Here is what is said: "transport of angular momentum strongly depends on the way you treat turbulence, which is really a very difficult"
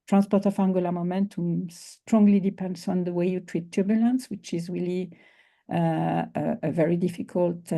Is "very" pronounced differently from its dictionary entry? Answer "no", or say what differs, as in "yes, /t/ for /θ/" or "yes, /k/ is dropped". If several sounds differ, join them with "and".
no